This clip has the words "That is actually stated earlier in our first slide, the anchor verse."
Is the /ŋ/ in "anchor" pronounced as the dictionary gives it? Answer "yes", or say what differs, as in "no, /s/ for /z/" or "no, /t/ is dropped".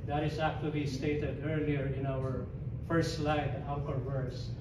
no, /ŋ/ is dropped